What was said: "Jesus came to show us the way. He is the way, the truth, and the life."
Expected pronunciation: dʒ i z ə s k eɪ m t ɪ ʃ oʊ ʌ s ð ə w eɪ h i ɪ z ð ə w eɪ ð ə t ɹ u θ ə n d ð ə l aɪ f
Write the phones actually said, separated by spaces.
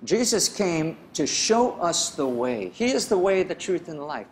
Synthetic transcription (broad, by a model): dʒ i z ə s k eɪ m t ɪ ʃ oʊ ʌ s ð ə w eɪ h i ɪ z ð ə w eɪ ð ə t ɹ u θ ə n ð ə l aɪ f